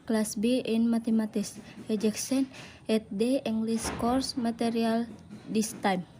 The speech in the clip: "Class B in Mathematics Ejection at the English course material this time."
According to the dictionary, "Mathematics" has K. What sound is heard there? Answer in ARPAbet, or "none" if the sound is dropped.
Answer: none